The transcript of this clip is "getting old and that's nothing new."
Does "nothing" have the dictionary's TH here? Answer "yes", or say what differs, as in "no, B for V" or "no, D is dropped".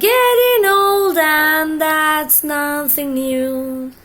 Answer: yes